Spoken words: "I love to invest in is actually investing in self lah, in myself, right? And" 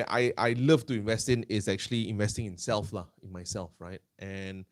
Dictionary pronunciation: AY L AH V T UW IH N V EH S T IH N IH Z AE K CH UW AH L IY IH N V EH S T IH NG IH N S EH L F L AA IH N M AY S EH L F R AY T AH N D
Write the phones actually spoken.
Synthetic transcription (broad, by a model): AY L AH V T UW IH N V EH S T IH N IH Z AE K CH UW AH L IY IH N V EH S T IH NG IH N S EH L F L AA IH N M AY S EH L F R AY T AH N